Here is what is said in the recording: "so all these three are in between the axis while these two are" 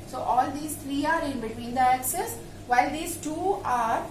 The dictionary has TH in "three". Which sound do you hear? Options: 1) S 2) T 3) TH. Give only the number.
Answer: 2